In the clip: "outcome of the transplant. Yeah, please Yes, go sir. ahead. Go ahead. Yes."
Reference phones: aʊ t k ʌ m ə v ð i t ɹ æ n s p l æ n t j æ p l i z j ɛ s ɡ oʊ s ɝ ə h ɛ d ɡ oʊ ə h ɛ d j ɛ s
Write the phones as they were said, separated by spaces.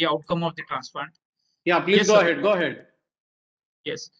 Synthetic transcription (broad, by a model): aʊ t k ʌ m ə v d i t ɹ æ n s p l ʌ n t j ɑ p l i j ɛ s ɡ oʊ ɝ ə h ɛ d ɡ oʊ ə h ɛ d j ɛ s